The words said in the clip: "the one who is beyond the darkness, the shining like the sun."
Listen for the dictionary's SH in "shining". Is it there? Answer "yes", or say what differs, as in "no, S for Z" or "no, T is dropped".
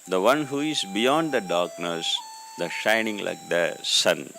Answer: yes